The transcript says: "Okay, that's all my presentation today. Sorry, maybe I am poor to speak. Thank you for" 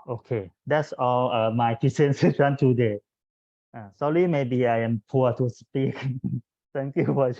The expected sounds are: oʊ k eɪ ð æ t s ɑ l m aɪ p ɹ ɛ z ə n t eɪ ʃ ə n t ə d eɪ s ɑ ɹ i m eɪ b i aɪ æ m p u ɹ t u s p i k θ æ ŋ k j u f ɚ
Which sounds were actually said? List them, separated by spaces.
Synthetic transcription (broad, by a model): oʊ k eɪ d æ t s ɑ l m aɪ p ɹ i s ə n s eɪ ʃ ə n t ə d eɪ s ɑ l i m eɪ b i aɪ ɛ m p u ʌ t u s p i k t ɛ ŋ k j u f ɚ